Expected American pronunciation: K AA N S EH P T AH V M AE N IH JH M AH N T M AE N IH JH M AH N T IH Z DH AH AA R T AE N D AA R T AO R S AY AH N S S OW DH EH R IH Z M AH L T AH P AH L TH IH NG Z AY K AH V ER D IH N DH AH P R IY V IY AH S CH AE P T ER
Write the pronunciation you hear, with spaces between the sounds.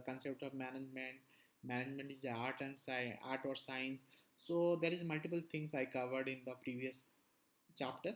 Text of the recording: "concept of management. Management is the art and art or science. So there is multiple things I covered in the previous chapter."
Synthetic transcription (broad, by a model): K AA N S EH P T AH V M AE N IH JH M AH N T M AE N IH JH M AH N T IH Z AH AA R T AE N D AA R T AO R S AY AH N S S OW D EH R IH Z M AH L T AH P AH L T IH NG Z AY K AH V ER D IH N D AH P R IY V IY AH S CH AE P T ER